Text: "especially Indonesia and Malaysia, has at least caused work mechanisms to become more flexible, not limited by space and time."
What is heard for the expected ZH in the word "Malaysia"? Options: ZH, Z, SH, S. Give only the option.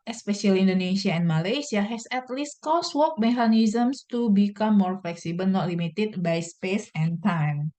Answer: S